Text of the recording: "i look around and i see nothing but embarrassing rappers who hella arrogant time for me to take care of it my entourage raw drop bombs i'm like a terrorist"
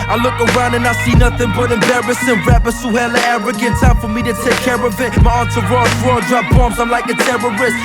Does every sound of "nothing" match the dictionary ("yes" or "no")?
yes